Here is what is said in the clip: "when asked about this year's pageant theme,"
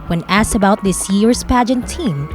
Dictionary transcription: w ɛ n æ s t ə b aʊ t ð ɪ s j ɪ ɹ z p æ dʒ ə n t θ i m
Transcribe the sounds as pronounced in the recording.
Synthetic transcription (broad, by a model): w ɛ n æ s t ə b aʊ t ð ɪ s j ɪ ɹ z p æ dʒ ə n t i m